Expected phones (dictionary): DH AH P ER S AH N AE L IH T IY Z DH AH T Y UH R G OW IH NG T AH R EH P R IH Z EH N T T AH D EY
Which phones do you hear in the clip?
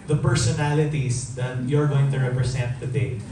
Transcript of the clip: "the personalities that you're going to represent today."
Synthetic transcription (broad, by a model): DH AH P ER S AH N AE L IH T IY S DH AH T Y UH R G OW IH NG T AH R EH P R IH S EH N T T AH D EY